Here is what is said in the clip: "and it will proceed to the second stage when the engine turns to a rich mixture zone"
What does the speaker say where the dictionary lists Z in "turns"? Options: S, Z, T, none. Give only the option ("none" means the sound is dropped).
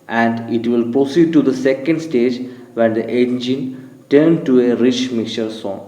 none